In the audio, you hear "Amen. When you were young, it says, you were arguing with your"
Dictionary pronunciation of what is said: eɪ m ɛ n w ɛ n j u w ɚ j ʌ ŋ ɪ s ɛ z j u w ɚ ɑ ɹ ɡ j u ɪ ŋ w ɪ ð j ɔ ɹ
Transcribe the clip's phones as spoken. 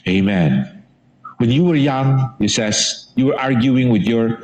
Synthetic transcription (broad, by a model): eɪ m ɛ n w ɛ n j u w ɚ j ʌ ŋ ɪ s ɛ s j u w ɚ ɑ ɹ ɡ j u ɪ ŋ w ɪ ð j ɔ ɹ